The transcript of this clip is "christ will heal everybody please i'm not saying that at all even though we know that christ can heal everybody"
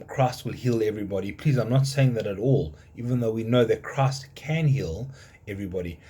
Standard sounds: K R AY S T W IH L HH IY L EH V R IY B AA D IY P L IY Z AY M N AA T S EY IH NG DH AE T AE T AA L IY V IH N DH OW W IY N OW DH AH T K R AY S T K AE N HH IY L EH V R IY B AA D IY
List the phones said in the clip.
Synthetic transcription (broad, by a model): K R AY S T W IH L HH IY L EH V R IY B AA D IY P L IY Z AY M N AA T S EY IH NG DH AE T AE T AA L IY V IH N DH OW W IY N OW DH AH T K R AY S T K AE N HH IY L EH V R IY B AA D IY